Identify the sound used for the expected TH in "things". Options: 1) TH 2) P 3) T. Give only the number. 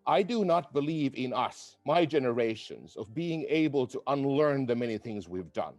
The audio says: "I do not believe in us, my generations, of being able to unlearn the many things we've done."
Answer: 1